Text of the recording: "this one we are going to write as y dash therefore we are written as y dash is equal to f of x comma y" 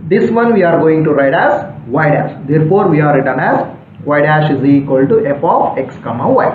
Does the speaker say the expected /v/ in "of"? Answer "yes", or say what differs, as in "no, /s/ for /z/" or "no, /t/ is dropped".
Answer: no, /p/ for /v/